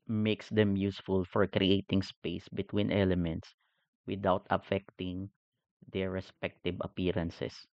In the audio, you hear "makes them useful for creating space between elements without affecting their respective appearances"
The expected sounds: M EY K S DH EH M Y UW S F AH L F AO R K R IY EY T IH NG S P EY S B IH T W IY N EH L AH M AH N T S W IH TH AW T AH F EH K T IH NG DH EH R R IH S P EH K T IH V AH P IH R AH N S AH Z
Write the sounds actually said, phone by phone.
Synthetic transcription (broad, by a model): M EY K S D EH M Y UW S F AH L F AO R K R IY EY T IH NG S P EY S B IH T W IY N EH L AH M AH N T S W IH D AW T AH F EH K T IH NG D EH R R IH S P EH K T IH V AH P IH R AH N S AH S